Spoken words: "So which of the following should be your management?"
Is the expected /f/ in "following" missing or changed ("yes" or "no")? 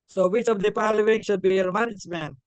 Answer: yes